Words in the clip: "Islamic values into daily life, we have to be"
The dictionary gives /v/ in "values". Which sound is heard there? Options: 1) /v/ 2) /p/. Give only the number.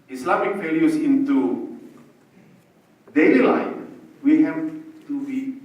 2